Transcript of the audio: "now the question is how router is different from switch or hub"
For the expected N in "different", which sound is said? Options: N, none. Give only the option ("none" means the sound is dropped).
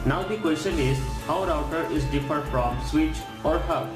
none